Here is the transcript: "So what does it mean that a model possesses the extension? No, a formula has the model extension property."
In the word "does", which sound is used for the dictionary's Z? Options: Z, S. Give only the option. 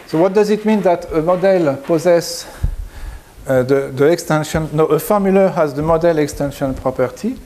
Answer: Z